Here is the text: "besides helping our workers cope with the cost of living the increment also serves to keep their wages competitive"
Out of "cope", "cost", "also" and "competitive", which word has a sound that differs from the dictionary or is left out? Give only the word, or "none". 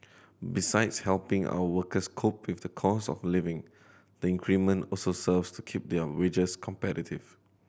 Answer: cost